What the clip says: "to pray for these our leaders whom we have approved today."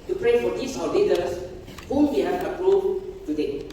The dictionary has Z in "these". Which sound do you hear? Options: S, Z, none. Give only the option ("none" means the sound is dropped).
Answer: S